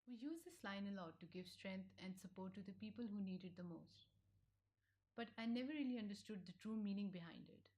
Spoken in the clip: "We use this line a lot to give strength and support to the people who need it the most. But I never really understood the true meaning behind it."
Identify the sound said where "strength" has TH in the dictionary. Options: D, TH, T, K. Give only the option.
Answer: T